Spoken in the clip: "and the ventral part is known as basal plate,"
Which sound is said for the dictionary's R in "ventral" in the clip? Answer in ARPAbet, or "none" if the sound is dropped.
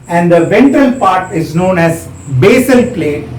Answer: none